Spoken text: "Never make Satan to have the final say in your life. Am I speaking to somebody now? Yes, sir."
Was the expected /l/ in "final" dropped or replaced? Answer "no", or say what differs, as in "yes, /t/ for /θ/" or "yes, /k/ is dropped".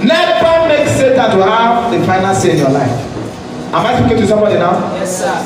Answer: yes, /n/ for /l/